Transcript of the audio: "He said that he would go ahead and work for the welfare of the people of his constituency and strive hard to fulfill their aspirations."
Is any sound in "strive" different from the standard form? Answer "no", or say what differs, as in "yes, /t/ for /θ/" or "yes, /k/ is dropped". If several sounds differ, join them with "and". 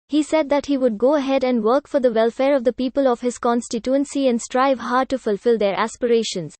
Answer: no